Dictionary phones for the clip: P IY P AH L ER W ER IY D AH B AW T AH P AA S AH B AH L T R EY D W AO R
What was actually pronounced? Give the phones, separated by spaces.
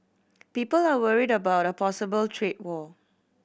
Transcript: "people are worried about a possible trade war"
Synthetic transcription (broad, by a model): P IY P AH L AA W ER IY D AH B AW T AH P AA S AH B AH L T R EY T W AO